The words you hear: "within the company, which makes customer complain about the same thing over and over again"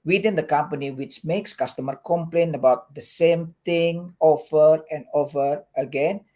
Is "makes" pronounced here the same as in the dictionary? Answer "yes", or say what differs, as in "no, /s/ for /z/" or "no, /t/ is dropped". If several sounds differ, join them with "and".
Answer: yes